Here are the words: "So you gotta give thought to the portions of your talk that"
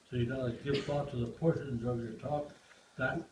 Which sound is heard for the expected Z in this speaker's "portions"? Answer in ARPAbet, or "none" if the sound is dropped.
Z